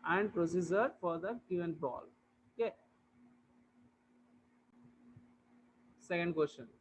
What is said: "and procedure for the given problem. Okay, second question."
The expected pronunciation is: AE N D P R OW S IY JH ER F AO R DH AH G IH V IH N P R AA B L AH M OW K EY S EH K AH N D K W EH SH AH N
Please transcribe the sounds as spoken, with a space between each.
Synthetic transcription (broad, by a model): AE N D P R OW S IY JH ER F AO R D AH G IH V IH N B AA L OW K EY S EH K AH N D K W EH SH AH N